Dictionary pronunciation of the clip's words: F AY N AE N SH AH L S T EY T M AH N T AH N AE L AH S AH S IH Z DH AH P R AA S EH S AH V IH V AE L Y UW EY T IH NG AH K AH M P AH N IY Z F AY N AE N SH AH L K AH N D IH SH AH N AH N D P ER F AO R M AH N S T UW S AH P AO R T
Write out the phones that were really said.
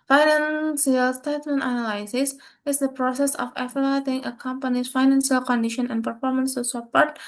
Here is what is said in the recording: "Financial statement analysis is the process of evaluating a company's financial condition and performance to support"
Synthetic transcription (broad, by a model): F AY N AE N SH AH L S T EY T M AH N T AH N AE L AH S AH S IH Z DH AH P R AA S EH S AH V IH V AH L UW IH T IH NG AH K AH M P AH N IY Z F AY N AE N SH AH L K AH N D IH SH AH N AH N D P ER F AO R M AH N S T UW S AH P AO R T